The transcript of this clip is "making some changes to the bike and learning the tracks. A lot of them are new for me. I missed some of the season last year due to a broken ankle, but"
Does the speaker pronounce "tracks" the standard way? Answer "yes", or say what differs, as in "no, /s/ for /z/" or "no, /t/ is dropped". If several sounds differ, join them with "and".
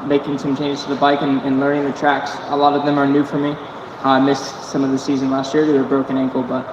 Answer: yes